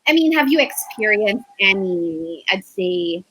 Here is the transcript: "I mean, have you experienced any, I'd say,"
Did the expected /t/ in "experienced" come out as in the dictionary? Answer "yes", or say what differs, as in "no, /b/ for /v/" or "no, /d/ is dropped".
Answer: yes